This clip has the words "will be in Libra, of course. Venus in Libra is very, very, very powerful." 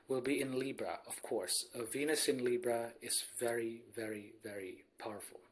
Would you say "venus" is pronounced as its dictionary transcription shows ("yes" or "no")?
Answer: yes